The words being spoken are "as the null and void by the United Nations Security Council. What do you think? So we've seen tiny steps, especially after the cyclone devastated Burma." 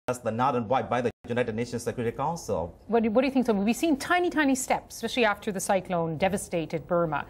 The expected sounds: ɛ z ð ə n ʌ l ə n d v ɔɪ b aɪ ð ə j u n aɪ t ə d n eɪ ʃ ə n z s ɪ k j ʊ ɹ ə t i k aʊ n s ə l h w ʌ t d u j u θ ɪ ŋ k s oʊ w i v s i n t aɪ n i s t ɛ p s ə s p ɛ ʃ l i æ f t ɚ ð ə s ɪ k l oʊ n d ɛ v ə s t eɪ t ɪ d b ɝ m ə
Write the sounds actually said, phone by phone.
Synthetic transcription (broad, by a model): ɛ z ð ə n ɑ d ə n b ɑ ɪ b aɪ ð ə j u n aɪ t ə d n eɪ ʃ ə n s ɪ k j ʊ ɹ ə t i k aʊ n s ə l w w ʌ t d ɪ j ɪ θ ɪ ŋ k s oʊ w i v s i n t aɪ n i s t ɛ p s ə s p ɛ ʃ l i æ f t ɚ ð ə s ɪ k l oʊ n d ɛ v ə s t eɪ t ɪ d b ɝ m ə